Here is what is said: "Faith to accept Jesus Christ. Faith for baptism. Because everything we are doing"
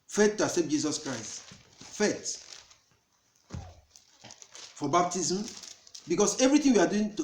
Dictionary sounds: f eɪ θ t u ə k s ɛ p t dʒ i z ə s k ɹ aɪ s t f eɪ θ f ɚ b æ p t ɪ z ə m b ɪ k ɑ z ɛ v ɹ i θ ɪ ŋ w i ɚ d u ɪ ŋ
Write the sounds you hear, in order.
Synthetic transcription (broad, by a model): f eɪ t t u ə s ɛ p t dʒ i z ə s k ɹ aɪ s t f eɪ t f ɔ b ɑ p t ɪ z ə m b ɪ k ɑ s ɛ v ɹ i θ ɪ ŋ w i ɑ d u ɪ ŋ